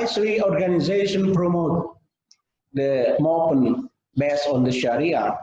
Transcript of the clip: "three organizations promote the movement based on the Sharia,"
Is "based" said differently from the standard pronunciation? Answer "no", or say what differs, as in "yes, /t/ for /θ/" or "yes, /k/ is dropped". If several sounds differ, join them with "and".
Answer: yes, /t/ is dropped